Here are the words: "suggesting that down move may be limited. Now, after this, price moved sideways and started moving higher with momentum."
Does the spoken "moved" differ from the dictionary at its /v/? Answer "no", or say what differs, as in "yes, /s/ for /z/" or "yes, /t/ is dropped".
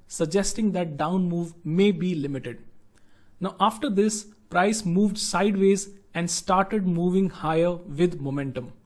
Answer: no